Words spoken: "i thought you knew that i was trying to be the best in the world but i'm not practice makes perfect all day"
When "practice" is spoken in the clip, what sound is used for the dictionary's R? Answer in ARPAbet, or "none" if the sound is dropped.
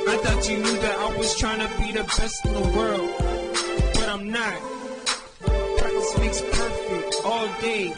none